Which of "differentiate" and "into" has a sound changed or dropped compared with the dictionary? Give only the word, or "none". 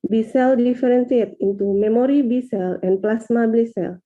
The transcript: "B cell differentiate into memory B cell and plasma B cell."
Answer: differentiate